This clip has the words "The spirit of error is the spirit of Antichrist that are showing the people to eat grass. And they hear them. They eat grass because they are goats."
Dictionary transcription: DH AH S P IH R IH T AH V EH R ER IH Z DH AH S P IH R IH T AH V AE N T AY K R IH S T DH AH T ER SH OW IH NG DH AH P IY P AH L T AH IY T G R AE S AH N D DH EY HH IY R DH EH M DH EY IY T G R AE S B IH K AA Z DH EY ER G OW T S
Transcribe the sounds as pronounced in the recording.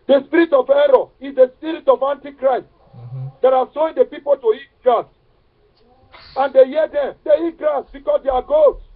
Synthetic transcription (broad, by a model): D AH S P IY R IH T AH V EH R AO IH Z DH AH S P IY R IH T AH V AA N T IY K R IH S T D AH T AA S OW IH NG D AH P IY P AH L T AH IY T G R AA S AH N D EY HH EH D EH M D EY IY T G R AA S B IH K AA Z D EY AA G OW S